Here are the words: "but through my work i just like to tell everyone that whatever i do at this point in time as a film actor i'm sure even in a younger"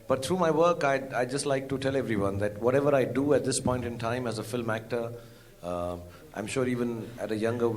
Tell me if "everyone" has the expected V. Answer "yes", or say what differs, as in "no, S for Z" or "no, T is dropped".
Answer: yes